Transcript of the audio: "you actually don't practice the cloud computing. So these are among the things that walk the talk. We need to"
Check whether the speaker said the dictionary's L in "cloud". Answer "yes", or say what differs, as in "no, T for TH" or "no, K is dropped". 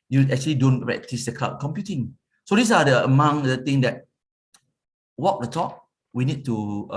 no, L is dropped